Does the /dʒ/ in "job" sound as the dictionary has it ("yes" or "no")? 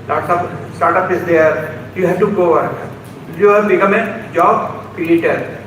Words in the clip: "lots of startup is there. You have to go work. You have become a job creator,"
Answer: yes